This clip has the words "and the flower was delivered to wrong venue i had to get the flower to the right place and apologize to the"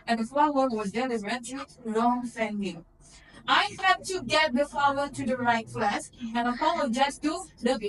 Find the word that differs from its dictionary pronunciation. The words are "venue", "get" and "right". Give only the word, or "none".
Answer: venue